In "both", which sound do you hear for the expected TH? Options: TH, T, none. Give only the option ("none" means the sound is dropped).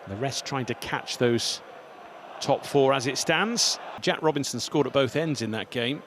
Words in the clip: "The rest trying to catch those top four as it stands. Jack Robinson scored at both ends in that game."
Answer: TH